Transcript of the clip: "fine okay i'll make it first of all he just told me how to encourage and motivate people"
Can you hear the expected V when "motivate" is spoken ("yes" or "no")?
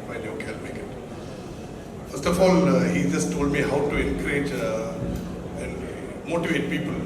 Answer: yes